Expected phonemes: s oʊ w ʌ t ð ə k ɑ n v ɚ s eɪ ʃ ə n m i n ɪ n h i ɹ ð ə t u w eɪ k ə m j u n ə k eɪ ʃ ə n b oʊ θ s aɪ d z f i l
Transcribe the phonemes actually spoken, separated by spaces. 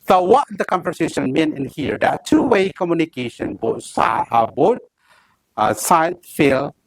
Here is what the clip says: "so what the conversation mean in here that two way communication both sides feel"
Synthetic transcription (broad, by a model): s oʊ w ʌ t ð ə k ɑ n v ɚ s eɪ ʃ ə n m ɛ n ɪ n h i ɹ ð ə t u w eɪ k ə m j u n ə k eɪ ʃ ə n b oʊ s s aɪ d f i l